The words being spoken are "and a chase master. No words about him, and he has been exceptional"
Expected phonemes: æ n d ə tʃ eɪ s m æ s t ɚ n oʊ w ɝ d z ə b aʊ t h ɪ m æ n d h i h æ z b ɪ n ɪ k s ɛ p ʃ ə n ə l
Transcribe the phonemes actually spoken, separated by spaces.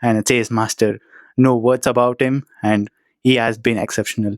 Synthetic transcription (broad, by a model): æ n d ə s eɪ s m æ s t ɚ n oʊ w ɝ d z ə b aʊ t h ɪ m æ n d h i h æ z b ɪ n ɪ k s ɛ p ʃ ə n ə l